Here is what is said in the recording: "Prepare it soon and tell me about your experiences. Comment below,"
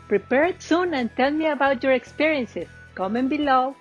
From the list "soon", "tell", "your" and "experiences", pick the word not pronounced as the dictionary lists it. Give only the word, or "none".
experiences